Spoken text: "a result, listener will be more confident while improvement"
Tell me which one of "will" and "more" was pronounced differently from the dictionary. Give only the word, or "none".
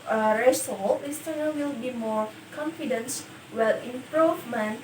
none